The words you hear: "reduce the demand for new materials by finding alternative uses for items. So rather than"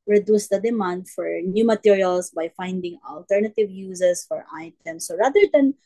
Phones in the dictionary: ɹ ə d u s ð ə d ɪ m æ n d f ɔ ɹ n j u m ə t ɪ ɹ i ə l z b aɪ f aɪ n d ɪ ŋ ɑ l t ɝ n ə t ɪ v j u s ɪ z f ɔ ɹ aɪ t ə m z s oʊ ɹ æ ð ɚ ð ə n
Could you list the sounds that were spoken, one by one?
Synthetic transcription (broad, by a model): ɹ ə d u s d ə d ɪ m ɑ n d f ɔ ɹ n j u m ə t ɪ ɹ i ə l s b aɪ f aɪ n d ɪ ŋ ɑ l t ɝ n ə t ɪ v j u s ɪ s f ɔ ɹ aɪ t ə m s oʊ ɹ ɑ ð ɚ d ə n